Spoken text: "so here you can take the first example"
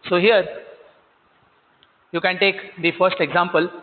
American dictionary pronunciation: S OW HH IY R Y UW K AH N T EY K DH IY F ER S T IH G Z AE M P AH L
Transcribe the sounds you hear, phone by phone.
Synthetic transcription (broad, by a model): S OW HH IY R Y UW K AH N T EY K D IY F ER S T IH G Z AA M P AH L